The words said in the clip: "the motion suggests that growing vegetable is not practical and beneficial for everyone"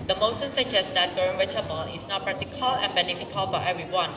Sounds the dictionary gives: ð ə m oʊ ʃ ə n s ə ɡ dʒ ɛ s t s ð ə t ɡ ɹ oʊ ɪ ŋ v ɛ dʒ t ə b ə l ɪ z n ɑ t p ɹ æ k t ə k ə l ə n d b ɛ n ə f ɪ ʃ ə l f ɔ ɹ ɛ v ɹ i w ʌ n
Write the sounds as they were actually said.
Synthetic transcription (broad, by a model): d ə m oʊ s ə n s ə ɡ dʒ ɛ s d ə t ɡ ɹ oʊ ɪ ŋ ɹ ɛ t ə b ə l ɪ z n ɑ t p ɹ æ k t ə k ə l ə n b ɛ n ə f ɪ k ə l f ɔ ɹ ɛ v ɹ i w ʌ n